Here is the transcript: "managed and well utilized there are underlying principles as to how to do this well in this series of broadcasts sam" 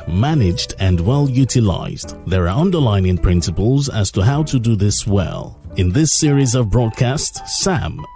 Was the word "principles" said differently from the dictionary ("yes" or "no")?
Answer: no